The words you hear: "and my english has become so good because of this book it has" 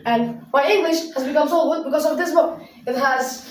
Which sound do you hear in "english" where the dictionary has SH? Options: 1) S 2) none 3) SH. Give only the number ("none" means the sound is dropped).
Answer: 3